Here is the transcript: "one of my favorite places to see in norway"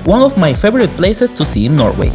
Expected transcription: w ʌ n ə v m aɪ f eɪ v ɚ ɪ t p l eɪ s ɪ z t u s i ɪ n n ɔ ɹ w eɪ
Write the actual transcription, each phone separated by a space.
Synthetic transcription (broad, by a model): w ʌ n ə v m aɪ f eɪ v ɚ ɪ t p l eɪ s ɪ s t u s i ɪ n n ɔ ɹ w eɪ